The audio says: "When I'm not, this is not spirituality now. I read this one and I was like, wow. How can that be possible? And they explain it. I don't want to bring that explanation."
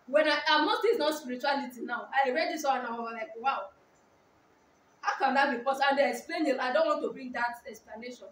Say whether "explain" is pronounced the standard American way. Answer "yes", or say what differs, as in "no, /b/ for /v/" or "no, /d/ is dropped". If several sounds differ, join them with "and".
yes